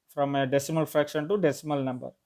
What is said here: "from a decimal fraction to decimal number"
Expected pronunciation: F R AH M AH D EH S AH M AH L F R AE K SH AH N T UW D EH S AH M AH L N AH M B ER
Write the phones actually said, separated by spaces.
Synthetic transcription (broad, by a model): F R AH M AH D EH S AH M AH L F R AE K SH AH N T UW D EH S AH M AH L N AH M B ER